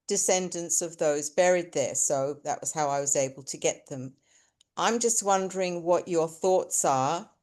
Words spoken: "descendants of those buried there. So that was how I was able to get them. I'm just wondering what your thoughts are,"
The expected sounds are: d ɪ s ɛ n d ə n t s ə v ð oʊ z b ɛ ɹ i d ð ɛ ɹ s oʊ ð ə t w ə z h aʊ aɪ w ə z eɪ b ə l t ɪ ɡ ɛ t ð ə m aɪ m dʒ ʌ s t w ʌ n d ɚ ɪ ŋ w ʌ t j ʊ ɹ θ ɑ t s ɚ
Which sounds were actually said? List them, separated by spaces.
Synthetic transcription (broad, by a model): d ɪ s ɛ n d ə n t s ə v ð oʊ z b ɛ ɹ i d ð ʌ ɹ s oʊ ð ə t w ə z h aʊ aɪ w ə z eɪ b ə l t ɪ ɡ ɛ t ð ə m aɪ m dʒ ʌ s t w ʌ n d ɚ ɪ ŋ w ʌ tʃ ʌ ɹ θ ɑ t s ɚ